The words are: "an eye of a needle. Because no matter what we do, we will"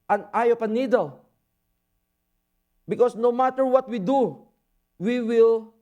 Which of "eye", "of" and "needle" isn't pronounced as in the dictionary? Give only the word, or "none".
of